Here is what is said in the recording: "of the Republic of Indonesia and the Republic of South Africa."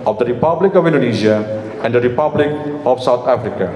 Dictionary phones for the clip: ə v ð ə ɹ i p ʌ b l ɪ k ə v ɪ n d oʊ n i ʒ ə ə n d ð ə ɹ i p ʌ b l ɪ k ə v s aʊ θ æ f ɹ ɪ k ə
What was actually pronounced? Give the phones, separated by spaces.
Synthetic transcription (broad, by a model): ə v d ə ɹ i p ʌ b l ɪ k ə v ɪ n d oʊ n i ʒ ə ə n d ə ɹ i p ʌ b l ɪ k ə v s aʊ t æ f ɹ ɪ k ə